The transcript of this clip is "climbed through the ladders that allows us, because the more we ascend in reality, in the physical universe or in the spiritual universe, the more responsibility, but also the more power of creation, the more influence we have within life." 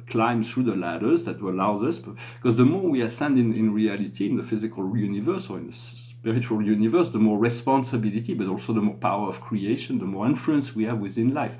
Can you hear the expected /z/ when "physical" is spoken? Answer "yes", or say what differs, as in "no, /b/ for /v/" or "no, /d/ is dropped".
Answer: yes